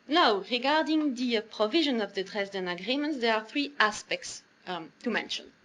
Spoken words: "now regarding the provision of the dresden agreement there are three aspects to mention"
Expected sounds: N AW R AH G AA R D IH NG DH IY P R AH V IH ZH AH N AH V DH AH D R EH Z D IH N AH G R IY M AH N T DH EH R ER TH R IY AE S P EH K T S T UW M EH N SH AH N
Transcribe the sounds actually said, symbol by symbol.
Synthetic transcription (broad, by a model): N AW R AH G AA R D IH NG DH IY P R AH V IH ZH AH N AH V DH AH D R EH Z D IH N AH G R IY M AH N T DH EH R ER TH R IY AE S P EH K T S T UW M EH N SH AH N